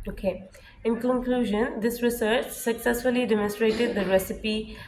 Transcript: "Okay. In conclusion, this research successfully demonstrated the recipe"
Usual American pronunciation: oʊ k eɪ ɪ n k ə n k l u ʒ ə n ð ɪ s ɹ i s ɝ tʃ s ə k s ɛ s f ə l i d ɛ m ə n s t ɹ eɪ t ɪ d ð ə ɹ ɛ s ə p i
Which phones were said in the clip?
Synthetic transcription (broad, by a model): oʊ k eɪ ɪ n k ə n k l u ʒ ə n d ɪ s ɹ i s ɝ tʃ s ə k s ɛ s f ə l i d ɛ m ə n s t ɹ eɪ t ɪ d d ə ɹ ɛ s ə p i